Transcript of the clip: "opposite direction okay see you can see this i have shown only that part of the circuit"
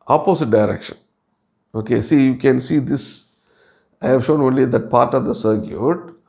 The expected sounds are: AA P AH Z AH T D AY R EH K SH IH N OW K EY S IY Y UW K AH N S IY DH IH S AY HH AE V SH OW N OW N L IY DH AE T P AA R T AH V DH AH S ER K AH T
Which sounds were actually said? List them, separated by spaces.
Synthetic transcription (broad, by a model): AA P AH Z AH T D AY R EH K SH IH N OW K EY S IY Y UW K AH N S IY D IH S AY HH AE V SH OW N OW N L IY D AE T P AA R T AH V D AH S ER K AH T